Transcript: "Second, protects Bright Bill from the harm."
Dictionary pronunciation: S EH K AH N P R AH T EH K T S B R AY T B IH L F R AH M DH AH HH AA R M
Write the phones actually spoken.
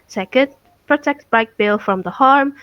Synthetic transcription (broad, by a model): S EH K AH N P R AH T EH K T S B AY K B IH L F R AH M DH AH HH AA R M